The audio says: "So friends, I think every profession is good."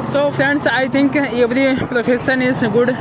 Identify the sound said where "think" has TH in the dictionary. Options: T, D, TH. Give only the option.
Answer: T